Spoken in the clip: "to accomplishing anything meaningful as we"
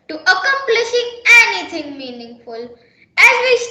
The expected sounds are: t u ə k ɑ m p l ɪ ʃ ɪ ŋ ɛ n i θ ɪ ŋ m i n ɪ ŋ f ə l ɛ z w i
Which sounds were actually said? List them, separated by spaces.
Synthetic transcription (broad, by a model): t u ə k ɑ m p l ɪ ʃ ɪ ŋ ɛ n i t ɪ ŋ m i n ɪ ŋ f ə l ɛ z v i